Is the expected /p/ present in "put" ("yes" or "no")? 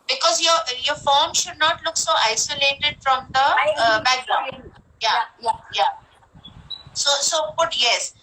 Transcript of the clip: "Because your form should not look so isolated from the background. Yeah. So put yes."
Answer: no